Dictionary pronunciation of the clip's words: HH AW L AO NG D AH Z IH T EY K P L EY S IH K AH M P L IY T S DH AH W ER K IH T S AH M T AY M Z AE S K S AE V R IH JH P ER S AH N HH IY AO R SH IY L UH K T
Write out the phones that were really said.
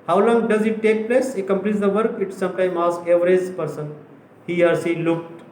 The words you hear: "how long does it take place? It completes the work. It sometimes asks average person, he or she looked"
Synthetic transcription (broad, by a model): HH AW L AO NG D AH Z IH T EY K P L EY S IH K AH M P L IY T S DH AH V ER K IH T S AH M T AY M AA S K EH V R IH Z P ER S AH N HH IY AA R S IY L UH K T